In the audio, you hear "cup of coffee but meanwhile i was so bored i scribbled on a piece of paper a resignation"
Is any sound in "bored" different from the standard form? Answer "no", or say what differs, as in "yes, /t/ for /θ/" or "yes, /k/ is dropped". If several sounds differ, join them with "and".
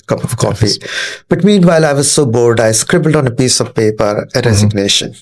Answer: yes, /l/ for /ɹ/